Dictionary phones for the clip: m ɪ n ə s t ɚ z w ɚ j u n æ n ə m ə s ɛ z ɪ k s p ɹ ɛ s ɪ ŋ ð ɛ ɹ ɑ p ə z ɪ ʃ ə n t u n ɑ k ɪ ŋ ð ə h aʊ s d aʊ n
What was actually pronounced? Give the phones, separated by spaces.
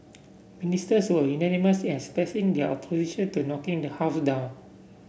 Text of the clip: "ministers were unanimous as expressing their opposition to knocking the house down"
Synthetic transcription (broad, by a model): m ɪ n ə s t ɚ s w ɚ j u n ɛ n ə m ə s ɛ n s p ɛ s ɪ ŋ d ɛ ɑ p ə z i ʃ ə n t u n ɑ k ɪ ŋ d ə h aʊ s d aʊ n